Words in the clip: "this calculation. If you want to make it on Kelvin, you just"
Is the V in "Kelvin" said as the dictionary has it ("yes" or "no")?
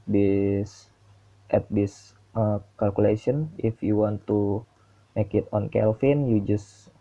no